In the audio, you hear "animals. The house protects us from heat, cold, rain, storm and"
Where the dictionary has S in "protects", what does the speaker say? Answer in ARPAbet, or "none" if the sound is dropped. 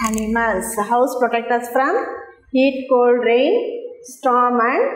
none